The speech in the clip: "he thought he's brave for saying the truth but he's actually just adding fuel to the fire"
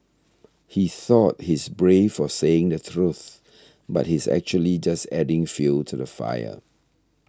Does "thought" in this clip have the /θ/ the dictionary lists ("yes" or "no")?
yes